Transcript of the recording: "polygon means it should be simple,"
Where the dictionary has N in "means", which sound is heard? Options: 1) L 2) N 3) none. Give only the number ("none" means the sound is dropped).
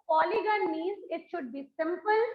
3